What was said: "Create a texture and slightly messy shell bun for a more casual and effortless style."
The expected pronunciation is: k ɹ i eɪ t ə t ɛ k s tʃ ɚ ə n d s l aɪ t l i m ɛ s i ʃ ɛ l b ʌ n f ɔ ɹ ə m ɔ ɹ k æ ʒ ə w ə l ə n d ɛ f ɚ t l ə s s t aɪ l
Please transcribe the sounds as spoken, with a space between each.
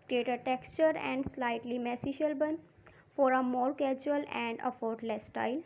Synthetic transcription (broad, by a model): k ɹ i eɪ t ə t ɛ k s tʃ ɚ ə n d s l aɪ t l i m ɛ s i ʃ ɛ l b ʌ n f ɔ ɹ ə m ɔ ɹ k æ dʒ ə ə l ə n d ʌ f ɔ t l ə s s t aɪ l